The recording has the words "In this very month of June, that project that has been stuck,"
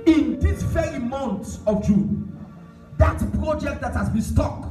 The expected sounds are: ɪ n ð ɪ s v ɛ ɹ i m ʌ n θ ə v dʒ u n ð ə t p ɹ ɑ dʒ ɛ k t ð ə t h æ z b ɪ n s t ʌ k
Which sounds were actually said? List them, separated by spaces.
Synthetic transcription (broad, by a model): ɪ n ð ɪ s f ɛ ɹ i m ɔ n s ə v dʒ u n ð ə t p ɹ ɑ dʒ ɛ k t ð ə t h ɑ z b ɪ n s t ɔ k